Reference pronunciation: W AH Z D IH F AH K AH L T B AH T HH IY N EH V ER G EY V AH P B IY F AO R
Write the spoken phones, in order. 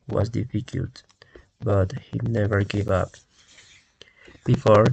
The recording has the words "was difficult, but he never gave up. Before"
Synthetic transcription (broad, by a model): W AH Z D IH F AH K AH L T B AH T HH IY N EH V ER G EY V AH P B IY F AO R